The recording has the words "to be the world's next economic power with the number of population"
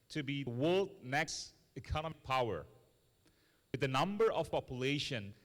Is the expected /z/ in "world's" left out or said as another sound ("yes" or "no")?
yes